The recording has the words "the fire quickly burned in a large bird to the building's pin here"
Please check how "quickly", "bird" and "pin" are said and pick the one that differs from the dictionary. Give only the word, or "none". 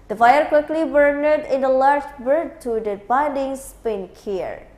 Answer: none